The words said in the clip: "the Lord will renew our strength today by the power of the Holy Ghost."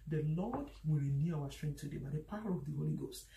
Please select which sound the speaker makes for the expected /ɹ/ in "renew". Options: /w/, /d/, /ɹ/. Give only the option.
/ɹ/